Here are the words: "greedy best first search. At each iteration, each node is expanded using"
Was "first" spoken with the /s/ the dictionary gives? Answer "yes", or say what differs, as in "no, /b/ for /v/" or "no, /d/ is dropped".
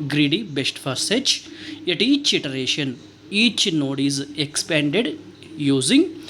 no, /s/ is dropped